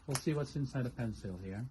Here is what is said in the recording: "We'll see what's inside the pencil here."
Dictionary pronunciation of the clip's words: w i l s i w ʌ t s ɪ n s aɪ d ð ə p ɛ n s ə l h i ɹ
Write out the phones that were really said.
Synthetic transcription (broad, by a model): w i l s i w ʌ t s ɪ n s aɪ d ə p ɛ n s ə l h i ɹ